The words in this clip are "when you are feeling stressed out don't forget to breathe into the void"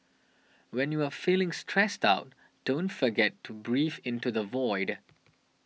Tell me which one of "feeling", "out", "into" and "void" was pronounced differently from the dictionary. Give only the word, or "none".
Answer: none